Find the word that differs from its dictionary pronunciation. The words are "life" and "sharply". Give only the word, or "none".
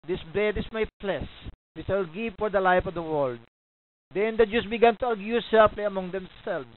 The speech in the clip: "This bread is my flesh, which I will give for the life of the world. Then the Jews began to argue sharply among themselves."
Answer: sharply